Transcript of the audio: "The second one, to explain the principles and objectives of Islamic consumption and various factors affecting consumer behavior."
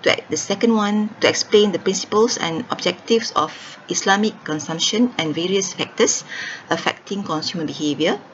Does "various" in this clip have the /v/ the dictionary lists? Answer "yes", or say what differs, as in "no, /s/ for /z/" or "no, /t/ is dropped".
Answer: yes